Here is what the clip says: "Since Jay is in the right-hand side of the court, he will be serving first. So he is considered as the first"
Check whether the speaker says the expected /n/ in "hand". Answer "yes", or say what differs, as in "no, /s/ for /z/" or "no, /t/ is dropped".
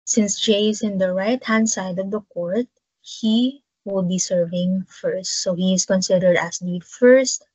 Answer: yes